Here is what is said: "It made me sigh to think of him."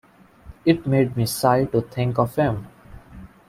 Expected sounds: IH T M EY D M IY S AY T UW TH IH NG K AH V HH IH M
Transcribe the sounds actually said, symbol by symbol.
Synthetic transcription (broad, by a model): IH T M EY D M IY S AY T UW T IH NG K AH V HH IH M